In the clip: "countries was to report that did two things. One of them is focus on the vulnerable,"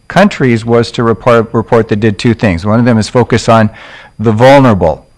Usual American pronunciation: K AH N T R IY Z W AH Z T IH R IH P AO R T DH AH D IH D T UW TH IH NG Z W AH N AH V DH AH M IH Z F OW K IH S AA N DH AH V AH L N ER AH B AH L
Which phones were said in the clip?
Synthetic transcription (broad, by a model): K AH N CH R IY Z W AH Z T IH R IH P AO R T DH AH D IH D T UW TH IH NG Z W AH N AH V DH AH M IH Z F OW K IH S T N DH AH V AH L N ER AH B L